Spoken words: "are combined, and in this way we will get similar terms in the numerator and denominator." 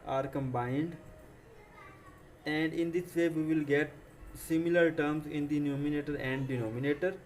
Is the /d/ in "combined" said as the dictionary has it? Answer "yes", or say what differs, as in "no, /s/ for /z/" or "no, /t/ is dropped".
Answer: yes